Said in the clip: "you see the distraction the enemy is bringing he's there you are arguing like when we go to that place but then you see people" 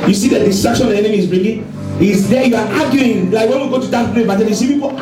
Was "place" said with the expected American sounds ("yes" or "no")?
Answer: no